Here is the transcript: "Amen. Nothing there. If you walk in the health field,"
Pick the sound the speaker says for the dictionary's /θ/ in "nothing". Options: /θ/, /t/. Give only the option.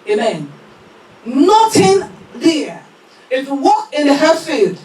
/t/